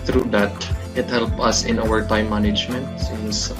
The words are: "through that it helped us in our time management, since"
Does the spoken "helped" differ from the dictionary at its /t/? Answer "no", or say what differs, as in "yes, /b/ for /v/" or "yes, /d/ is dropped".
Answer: yes, /t/ is dropped